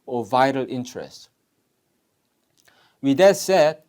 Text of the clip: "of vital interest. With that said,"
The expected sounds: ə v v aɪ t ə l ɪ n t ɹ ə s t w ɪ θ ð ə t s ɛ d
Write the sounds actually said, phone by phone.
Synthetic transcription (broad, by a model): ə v v aɪ t ə l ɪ n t ɹ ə s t w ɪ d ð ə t s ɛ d